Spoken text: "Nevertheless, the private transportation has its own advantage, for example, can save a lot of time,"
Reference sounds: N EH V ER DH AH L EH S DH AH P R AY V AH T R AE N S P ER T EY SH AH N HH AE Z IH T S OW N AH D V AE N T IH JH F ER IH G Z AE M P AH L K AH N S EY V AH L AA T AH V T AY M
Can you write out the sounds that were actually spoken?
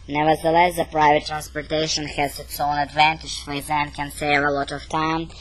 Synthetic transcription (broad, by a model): N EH V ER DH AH L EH S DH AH P R AY V AH T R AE N S P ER T EY SH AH N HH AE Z IH T S OW N AH D V AE N T IH JH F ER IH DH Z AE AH N K AH N S EY V AH L AA T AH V T AY M